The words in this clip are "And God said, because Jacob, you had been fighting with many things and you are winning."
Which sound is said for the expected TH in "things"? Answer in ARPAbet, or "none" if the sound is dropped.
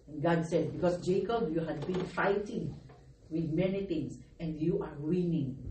T